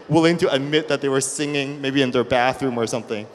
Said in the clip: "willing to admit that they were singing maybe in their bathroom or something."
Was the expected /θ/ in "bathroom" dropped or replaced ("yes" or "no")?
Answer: no